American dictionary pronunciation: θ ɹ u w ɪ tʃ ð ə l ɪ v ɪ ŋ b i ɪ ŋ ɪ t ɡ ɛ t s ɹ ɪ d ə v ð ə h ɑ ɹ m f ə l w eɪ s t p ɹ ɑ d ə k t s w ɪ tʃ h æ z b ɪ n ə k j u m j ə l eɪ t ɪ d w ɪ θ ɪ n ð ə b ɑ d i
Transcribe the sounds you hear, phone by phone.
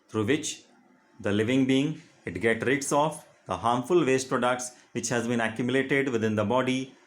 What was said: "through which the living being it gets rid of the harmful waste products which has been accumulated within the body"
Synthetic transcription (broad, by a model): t ɹ u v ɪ tʃ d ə l ɪ v ɪ ŋ b i ɪ ŋ ɪ t ɡ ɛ t ɹ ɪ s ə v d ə h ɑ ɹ m f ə l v eɪ s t p ɹ ɑ d ə k t s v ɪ tʃ h æ z b ɪ n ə k j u m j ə l eɪ t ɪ d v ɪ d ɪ n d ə b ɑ d i